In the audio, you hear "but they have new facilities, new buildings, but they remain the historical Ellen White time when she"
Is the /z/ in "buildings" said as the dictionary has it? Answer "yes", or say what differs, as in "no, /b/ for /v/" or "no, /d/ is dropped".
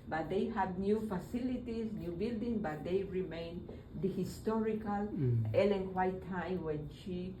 no, /z/ is dropped